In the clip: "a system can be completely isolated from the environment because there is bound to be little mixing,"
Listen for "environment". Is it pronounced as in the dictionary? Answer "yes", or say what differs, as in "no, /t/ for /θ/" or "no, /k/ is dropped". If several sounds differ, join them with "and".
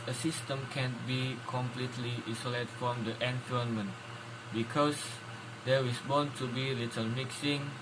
no, /f/ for /v/